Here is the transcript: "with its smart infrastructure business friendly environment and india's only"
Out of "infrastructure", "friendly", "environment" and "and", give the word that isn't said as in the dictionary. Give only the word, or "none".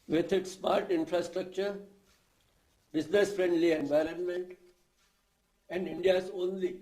none